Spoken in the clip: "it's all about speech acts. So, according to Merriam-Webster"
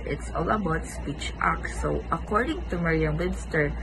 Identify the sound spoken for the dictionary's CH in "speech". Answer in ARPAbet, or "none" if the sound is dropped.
CH